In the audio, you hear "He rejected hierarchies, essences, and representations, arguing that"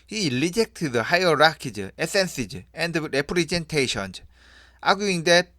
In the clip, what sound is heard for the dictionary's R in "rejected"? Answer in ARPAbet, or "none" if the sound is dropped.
L